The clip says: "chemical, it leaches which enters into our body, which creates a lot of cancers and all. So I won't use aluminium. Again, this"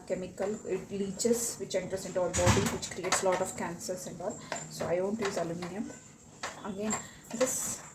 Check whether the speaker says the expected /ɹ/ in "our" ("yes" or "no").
no